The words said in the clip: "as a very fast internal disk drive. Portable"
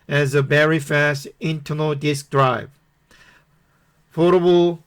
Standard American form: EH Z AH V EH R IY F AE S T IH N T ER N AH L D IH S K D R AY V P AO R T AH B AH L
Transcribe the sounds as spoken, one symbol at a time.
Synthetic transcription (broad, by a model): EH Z AH B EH R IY F AE S T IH N T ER N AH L D IH S K D R AY V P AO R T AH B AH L